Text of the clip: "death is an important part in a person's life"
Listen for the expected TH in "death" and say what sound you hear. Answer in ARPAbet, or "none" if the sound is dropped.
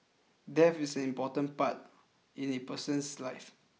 F